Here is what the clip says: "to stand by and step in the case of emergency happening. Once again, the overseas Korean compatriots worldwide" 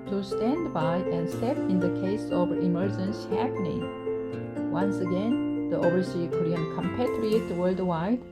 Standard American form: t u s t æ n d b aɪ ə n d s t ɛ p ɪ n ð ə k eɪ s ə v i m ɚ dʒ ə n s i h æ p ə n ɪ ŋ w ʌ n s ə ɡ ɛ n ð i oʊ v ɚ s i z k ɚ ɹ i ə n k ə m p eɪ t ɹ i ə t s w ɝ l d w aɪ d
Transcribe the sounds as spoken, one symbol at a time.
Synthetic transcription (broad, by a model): t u s t æ n d b aɪ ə n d s t ɛ p ɪ n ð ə k eɪ s ə v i m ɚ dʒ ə n s h æ p ə n ɪ ŋ w ʌ n s ə ɡ ɛ n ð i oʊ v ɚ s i k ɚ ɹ i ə n k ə m p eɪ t ɹ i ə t w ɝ l d w aɪ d